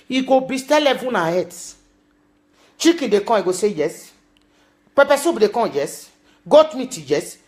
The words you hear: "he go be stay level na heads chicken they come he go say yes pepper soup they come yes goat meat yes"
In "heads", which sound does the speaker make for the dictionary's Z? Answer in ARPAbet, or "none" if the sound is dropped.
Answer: S